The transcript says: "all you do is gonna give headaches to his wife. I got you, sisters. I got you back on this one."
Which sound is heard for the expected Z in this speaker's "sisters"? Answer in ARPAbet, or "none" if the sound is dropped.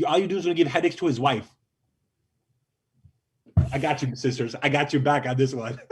Z